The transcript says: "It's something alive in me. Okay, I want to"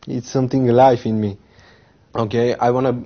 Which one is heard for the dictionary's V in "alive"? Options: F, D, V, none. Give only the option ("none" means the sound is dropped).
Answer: F